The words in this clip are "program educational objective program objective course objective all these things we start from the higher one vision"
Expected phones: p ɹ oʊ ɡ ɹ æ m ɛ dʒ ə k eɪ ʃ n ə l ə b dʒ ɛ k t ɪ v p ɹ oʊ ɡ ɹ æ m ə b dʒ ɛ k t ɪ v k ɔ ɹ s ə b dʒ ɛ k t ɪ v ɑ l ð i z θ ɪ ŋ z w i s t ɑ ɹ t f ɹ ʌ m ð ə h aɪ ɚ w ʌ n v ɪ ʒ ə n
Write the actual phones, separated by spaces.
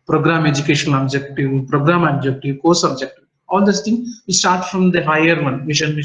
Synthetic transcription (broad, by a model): p ɹ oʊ ɡ ɹ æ m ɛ dʒ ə k eɪ ʃ ə n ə b dʒ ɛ k t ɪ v p ɹ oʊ ɡ ɹ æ m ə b dʒ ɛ k t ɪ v k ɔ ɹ s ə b dʒ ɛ k t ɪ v ɑ l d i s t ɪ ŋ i s t ɑ ɹ t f ɹ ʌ m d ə h aɪ ɚ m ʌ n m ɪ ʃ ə n